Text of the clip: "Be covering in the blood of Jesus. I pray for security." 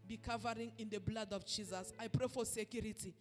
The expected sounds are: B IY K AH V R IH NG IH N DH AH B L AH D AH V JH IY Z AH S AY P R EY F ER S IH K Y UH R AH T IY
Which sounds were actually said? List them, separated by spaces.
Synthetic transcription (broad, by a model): B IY K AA V R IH NG IH N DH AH B L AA D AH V JH IY Z AH S AY P R EY F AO S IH K Y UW R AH T IY